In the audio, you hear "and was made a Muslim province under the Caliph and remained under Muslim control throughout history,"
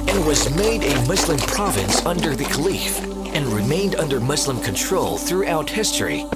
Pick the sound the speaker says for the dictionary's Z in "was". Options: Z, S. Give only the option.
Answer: Z